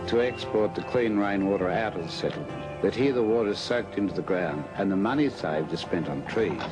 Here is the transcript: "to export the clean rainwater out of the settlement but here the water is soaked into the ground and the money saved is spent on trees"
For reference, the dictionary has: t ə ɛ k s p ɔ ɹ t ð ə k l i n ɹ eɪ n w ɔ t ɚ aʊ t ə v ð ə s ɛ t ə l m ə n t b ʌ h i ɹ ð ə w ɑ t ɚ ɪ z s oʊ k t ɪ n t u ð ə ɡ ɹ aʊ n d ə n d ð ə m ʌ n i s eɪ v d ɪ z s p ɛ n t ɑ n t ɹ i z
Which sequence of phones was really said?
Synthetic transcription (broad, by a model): t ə ɛ k s p ɔ ɹ t ð ə k l i n ɹ eɪ n w ɔ t ɚ aʊ t ə v ð ə s ɛ t l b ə t h i ɹ ð ə w ɑ t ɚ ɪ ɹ s oʊ k t ɪ n t u ð ə ɡ ɹ aʊ n d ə n ð ə m ʌ n i s eɪ v d ɪ z s p ɛ n t n t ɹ i